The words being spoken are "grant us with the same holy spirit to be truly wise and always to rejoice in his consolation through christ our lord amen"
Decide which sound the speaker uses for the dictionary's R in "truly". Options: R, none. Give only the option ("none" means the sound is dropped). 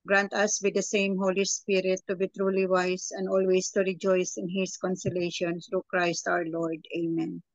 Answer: R